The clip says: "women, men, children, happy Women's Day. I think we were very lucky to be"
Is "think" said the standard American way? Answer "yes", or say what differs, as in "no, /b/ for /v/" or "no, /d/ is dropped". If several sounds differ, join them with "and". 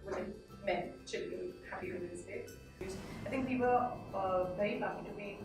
yes